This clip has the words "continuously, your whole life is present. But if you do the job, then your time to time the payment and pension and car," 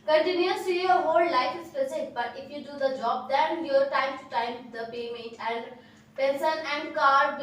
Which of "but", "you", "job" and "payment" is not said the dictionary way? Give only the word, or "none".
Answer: payment